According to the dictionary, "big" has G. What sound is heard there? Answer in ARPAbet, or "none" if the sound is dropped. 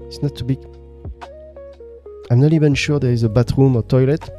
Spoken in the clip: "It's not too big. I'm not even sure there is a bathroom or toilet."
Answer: none